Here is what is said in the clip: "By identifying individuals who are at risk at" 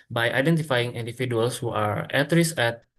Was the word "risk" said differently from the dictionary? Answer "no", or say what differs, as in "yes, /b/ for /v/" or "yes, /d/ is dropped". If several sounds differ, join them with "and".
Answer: yes, /k/ is dropped